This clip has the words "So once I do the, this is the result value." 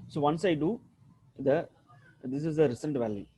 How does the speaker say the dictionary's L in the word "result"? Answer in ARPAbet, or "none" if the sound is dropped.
N